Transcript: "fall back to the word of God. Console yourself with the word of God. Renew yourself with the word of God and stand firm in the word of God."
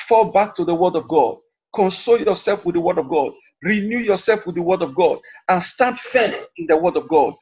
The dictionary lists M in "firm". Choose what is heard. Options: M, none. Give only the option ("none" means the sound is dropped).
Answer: none